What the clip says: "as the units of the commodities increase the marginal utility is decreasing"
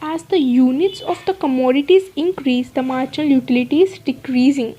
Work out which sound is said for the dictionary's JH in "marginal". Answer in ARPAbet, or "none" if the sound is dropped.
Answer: CH